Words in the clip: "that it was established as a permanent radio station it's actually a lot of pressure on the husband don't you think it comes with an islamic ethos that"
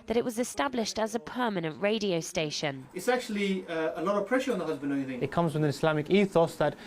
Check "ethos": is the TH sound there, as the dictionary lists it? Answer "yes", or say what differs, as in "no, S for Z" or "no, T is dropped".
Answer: yes